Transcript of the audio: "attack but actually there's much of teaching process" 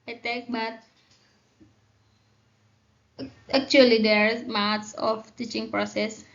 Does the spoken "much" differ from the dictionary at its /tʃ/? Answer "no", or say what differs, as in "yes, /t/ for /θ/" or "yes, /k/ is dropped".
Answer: yes, /s/ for /tʃ/